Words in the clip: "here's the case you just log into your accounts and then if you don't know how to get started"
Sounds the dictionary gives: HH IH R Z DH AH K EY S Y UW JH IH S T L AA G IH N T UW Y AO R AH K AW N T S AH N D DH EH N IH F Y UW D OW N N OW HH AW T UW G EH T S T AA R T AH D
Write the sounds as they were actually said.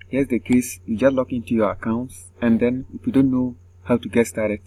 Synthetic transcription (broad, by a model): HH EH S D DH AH K EY S Y UW JH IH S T L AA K IH N T UW Y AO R AH K AW N T S AH N D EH N IH F Y UW D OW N N OW HH AW T UW G EH T S T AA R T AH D